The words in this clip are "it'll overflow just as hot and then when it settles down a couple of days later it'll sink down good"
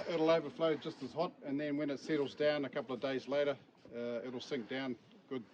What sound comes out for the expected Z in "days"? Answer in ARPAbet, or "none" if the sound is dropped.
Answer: Z